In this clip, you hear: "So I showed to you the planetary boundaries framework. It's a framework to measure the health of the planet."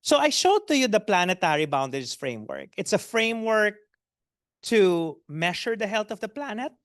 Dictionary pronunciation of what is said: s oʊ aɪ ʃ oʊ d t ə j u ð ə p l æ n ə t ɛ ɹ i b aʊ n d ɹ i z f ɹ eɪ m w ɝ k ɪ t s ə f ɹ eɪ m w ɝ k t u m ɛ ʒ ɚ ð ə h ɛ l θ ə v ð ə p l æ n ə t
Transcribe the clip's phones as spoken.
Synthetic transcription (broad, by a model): s oʊ aɪ ʃ oʊ d t ə j u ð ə p l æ n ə t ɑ ɹ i b aʊ n d i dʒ f ɹ eɪ m w ɝ k ɪ t s ə f ɹ eɪ m w ɝ k t u m ɛ ʃ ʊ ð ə h ɛ l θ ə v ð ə p l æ n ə t